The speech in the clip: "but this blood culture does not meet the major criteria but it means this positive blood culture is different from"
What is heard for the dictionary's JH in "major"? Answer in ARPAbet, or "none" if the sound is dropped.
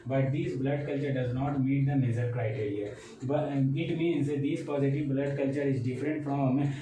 Z